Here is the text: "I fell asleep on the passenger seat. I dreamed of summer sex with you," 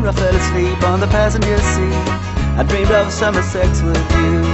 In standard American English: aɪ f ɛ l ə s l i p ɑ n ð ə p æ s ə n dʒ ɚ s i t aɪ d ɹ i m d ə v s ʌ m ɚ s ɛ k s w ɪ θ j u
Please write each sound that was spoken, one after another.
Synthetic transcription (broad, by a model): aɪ f ɛ l ə s l i p n ð ə p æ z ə n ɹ s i aɪ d ɹ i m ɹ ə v s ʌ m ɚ s ɛ k s w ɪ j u